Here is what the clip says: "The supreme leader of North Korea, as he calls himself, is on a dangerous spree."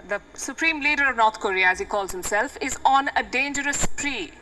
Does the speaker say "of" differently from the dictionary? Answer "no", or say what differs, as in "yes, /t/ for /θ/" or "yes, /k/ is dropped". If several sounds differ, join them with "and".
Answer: no